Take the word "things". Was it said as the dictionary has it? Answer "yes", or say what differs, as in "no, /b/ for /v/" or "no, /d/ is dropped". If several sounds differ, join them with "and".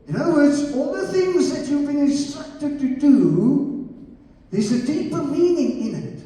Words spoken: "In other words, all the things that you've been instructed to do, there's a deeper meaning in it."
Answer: yes